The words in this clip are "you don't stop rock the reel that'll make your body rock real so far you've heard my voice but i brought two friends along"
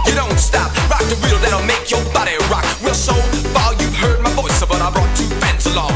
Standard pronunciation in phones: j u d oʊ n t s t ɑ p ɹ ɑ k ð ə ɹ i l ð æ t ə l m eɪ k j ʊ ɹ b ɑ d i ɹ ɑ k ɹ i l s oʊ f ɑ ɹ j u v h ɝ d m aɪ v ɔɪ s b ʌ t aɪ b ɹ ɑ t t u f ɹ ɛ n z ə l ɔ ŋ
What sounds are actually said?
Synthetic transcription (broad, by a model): j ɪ d oʊ n t s t ɑ p ɹ ɑ k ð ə ɹ i l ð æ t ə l m eɪ k j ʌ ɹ b ɑ d i ɹ ɑ k w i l s oʊ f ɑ j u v h ɝ d m aɪ v ɔɪ s b ʌ t aɪ b ɹ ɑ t t u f ɛ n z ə l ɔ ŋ